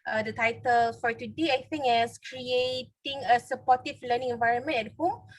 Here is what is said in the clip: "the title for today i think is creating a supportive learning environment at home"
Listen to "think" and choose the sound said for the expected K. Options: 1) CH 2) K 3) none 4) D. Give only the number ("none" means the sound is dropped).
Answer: 3